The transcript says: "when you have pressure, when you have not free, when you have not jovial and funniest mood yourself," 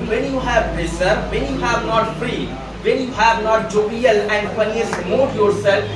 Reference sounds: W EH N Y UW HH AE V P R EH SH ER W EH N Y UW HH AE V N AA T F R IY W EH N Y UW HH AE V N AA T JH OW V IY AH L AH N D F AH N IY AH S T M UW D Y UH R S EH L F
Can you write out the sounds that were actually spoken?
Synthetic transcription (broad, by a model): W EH N Y UW HH AE V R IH S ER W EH N Y UW HH AE V N AA T F R IY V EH N Y UW HH AE V N AA T JH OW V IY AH L AH N D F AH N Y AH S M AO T Y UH R S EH L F